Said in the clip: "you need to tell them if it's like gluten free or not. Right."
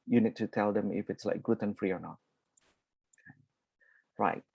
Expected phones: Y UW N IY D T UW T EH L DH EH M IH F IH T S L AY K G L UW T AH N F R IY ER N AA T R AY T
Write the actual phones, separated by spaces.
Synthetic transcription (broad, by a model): Y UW N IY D T UW T EH L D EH M IH F IH T S L AY K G UW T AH N F R IY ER N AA T R AY T